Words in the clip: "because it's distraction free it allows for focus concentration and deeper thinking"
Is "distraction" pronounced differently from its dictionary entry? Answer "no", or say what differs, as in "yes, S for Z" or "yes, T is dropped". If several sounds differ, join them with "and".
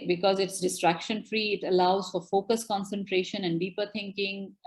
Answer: no